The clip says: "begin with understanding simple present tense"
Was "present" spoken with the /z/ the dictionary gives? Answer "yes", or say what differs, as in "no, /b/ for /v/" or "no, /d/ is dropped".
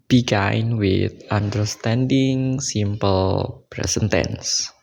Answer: no, /s/ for /z/